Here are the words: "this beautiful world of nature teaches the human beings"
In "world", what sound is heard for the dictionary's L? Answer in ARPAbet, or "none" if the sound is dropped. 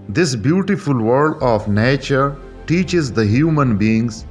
none